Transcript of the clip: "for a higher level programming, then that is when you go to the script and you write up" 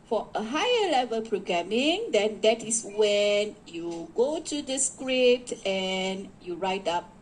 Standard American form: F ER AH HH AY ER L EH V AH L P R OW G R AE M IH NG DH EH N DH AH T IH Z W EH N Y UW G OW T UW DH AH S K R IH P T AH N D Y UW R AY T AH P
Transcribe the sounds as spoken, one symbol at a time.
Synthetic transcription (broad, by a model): F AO AH HH AY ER L EH V AH L P R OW G R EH M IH NG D EH N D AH T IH S W EH N Y UW G OW T UW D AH S K R IH P T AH N Y UW R AY T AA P